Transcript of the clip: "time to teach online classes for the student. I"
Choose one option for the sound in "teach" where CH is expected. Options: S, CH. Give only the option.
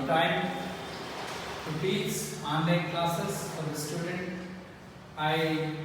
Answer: S